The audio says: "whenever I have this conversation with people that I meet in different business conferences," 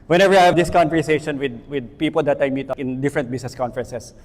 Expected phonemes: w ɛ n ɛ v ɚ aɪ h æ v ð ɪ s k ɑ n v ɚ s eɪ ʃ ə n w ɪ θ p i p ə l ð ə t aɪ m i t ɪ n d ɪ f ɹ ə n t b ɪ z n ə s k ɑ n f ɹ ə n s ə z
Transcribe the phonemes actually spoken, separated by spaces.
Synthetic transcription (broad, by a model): w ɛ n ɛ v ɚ aɪ h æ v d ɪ s k ɑ n v ɚ s eɪ ʃ ə n w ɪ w p i p ə l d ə t aɪ m i t ɪ n d ɪ f ɹ ə n t b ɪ s n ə s k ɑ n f ɹ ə n s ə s